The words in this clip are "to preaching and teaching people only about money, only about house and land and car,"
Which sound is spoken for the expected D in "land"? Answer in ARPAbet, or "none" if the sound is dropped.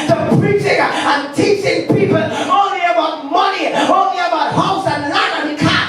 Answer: none